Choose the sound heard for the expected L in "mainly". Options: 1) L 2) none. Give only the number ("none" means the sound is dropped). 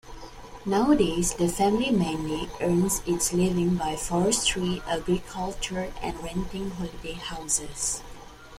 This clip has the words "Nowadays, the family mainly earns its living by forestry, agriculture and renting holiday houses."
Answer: 2